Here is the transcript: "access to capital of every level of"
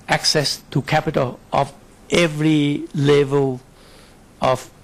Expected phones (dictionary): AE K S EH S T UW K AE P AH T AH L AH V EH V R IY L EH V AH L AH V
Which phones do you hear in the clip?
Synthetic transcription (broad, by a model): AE K S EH S T UW K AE P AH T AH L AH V EH V R IY L EH V AH L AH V